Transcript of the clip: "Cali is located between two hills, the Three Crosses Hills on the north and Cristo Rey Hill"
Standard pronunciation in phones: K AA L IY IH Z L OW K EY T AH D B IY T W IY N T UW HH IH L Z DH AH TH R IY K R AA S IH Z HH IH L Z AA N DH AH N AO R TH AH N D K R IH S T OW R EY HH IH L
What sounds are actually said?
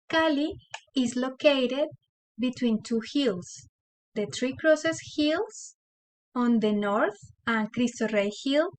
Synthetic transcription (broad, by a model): K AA L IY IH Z L OW K EY T AH D B IY T W IY N T UW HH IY L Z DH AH T R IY K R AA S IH S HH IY L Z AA N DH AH N AO R TH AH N K R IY S T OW R EY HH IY L